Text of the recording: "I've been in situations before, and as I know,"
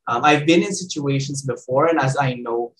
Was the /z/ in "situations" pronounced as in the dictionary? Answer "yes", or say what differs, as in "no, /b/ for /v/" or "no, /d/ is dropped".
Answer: yes